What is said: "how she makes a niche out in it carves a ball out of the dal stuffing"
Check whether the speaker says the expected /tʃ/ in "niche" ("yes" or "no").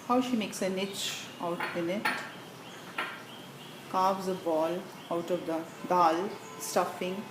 yes